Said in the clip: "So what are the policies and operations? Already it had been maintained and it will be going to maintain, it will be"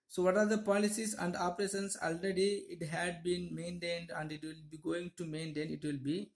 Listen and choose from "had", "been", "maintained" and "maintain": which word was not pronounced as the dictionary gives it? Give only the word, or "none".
none